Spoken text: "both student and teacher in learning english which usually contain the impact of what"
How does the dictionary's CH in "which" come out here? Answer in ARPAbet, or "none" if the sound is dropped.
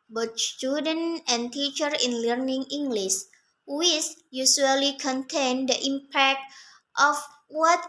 S